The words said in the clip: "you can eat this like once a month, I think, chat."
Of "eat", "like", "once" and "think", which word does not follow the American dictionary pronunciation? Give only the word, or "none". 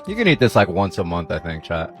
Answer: none